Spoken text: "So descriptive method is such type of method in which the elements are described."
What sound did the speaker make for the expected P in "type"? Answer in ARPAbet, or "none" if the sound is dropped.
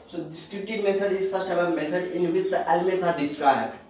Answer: B